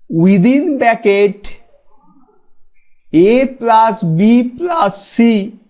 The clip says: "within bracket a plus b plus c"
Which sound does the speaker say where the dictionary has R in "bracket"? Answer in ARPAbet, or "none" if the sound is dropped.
none